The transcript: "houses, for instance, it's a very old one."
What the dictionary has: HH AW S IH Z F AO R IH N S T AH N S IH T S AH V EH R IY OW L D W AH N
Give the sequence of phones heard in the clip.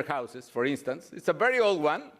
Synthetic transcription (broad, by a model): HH AW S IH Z F AO R IH N S T AH N S IH T S AH V EH R IY OW L D W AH N